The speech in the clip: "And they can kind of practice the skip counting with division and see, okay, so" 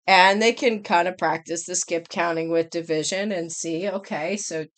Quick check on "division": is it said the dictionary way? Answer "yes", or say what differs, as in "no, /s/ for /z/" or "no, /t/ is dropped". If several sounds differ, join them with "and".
yes